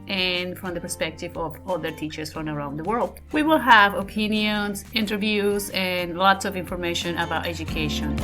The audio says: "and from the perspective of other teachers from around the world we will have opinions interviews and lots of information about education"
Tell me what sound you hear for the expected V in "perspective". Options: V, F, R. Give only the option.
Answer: V